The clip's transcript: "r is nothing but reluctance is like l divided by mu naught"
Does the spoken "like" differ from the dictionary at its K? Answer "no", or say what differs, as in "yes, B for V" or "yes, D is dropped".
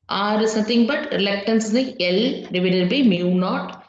yes, K is dropped